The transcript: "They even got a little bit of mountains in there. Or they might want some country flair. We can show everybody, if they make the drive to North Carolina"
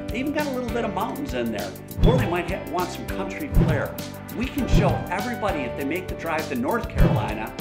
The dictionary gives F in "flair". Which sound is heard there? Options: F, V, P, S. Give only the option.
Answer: P